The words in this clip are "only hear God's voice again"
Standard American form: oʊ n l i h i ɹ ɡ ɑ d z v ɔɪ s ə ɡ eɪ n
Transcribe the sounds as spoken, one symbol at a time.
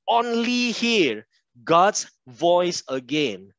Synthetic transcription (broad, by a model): oʊ n l i h i ɹ ɡ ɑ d s v ɔɪ s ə ɡ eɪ n